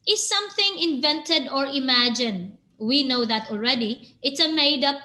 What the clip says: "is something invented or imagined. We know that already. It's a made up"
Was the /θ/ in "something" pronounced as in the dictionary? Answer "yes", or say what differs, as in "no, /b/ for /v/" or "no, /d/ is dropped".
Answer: yes